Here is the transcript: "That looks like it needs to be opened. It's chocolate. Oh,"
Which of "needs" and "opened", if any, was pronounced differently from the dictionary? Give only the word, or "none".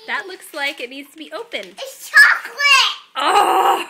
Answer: opened